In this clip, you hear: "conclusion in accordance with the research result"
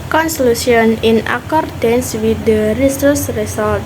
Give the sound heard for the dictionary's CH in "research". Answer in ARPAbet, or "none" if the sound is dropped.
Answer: S